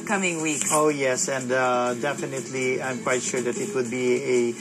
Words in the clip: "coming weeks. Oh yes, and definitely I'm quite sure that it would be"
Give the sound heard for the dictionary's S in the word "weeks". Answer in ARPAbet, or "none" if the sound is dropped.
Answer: none